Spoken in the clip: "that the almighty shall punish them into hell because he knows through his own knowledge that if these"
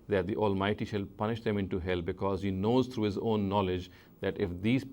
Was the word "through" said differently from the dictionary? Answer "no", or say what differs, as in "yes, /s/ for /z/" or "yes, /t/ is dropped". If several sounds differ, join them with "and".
yes, /t/ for /θ/